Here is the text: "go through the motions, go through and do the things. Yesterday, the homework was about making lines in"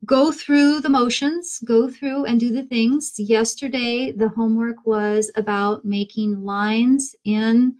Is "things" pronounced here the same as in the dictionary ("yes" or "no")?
yes